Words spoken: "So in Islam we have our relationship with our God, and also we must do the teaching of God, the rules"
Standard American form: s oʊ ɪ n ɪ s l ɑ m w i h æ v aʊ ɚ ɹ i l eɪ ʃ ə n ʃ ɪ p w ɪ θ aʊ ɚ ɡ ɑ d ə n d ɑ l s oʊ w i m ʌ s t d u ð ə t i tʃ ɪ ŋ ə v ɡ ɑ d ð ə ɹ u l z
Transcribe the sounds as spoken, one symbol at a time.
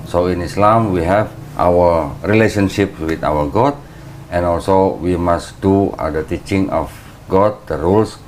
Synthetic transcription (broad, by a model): s oʊ ɪ n ɪ s l ɑ m w i h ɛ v aʊ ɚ ɹ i l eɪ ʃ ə n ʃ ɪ p w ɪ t aʊ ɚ ɡ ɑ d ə n ɑ l s oʊ w i m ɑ s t d u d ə t i tʃ ɪ ŋ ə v ɡ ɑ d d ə ɹ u l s